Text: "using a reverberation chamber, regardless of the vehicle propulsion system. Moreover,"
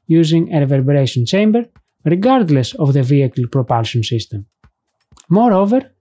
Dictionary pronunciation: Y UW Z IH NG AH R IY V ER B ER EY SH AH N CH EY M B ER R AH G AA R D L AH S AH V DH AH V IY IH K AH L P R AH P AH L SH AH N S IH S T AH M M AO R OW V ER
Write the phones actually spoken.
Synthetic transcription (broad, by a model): Y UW Z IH NG AH R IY V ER B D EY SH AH N CH EY M B ER R AH G AA R D L AH S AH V DH AH V IY IH K AH L P R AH P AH L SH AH N S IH S T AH M M AO R OW V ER